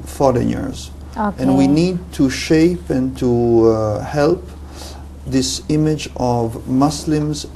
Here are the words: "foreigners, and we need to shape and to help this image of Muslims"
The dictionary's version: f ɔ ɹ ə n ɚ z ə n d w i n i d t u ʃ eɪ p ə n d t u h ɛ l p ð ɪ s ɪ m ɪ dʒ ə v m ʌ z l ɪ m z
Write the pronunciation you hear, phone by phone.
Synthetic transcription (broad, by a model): f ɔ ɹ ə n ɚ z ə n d w i n i d t u ʃ eɪ p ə n t u h ɛ l p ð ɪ s ɪ m ɪ dʒ ə v m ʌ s l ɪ m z